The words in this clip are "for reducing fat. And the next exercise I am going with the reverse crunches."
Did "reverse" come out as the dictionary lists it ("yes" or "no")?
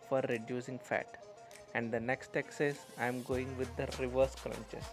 yes